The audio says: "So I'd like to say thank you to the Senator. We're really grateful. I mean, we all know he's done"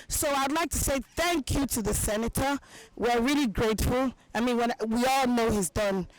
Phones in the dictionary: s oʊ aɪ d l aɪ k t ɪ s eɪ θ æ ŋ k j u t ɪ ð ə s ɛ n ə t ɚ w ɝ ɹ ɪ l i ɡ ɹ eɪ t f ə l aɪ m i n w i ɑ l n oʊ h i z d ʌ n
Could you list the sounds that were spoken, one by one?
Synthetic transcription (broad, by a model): s oʊ aɪ d l aɪ k t ɪ s eɪ θ æ ŋ k j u t ɪ ð ə s ɛ n ə t ɚ w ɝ ɹ ɪ l i ɡ ɹ eɪ t f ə l aɪ m i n w i ɑ l n oʊ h i z d ʌ n